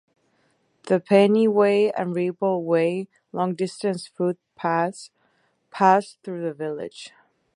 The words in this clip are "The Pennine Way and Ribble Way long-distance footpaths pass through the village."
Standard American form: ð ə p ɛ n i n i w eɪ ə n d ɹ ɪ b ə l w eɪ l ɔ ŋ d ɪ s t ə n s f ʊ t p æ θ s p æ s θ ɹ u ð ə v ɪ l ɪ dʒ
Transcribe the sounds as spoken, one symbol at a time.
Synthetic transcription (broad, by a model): ð ə p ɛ ɪ n i w eɪ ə n ɹ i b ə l w eɪ l ɔ ŋ d ɪ s t ə n s f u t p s p æ s θ ɹ u ð ə v ɪ l ɪ dʒ